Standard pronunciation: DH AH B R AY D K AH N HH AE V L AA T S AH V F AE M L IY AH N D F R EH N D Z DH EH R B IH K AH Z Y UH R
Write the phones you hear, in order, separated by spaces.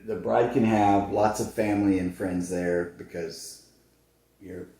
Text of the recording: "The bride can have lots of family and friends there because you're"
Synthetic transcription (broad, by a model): DH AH B R AY D K AH N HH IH V L AA T S AH V F AE M L IY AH N F R EH N D Z DH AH R B IH K AH Z Y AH R